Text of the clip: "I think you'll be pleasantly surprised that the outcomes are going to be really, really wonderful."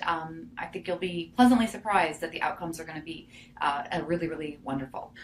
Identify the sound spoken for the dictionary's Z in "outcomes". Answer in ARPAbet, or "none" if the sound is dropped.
Z